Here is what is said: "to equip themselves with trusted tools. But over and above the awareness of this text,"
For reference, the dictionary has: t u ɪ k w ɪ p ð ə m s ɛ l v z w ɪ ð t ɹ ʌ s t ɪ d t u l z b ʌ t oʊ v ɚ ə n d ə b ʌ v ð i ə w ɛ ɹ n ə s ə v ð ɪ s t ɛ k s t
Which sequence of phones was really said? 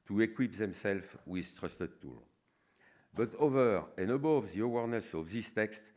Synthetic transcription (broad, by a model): t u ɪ k w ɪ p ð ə m s ɛ l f w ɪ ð t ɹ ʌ s t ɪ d t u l b ʌ t oʊ v ɚ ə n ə b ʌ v ð i ə w ɛ ɹ n ə s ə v ð ɪ s t ɛ k s t